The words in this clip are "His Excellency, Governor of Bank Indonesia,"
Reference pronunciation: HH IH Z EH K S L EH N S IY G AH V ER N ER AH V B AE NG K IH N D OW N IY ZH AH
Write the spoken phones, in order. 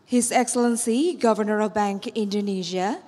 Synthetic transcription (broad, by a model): HH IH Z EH K S L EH N S IY G AH V ER N ER AH V B AE NG K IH N D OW N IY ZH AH